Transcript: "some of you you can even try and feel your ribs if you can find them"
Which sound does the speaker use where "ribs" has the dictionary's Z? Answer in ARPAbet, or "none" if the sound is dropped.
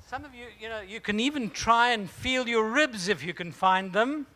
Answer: Z